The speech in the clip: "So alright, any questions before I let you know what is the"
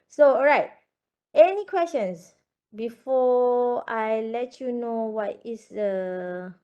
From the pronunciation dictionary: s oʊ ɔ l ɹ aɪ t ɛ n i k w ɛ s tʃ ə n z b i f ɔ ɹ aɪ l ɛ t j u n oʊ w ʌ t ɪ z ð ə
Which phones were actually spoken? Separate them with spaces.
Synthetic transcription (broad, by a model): s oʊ ɔ ɹ aɪ t ɛ n i k w ɛ s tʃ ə n s b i f ɔ aɪ l ɛ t j u n oʊ w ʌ t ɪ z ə